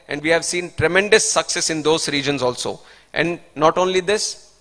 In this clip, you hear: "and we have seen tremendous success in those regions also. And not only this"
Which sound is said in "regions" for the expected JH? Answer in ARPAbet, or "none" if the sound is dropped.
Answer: JH